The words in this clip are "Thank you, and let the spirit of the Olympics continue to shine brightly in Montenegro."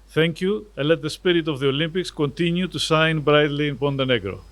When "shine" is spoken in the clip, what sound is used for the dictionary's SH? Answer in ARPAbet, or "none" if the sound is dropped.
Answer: S